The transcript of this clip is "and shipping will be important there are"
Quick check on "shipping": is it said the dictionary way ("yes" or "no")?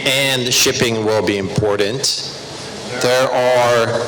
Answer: yes